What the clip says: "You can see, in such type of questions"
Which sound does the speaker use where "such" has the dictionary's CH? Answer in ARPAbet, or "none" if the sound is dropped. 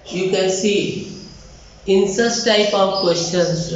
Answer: S